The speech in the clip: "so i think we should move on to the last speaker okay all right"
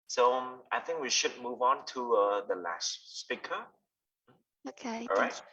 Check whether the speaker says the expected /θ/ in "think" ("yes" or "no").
yes